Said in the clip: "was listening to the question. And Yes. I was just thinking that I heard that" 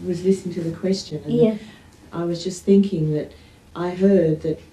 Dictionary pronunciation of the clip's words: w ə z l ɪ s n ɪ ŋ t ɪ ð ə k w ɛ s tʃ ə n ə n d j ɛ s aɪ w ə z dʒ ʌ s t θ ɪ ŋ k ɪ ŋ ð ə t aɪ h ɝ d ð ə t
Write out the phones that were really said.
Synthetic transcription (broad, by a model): w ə z l ɪ s n ɪ ŋ t ɪ ð ə k w ɛ s tʃ ə n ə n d aɪ w ə z dʒ ʌ s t θ ɪ ŋ k ɪ ŋ ð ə t aɪ h ɝ d ð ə t